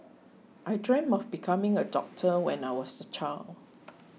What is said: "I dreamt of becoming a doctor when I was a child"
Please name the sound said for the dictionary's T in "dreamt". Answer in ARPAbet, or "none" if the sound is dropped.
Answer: none